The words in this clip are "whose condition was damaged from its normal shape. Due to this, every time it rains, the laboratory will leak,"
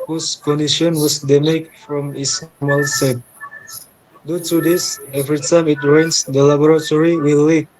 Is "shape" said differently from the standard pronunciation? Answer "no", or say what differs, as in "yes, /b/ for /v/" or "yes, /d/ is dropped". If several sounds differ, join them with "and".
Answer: yes, /s/ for /ʃ/